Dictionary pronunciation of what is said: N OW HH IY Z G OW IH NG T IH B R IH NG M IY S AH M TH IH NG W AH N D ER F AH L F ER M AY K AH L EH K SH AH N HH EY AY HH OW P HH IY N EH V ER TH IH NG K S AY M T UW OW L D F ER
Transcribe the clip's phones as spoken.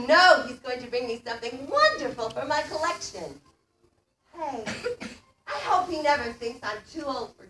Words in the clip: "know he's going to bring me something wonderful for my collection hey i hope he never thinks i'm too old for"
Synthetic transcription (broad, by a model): N OW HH IY Z G OW IH NG T IH B R IH NG M IY S AH M TH IH NG W AH N D ER F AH L F ER M AY K AH L EH K SH AH N HH EY AY HH OW P HH IY N EH V ER TH IH NG K S AY M T UW OW L D F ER